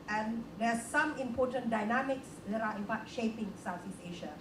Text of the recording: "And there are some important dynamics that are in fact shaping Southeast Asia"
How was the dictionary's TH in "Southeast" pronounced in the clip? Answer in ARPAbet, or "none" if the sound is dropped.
T